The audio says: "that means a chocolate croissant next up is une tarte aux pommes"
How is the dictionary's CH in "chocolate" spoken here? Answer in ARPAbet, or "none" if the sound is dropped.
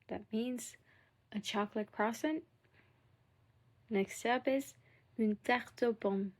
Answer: CH